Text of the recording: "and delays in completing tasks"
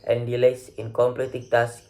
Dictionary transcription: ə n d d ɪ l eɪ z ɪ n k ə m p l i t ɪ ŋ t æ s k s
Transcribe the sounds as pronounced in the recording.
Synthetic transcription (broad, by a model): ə n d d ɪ l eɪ s ɪ n k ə m p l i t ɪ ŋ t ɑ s s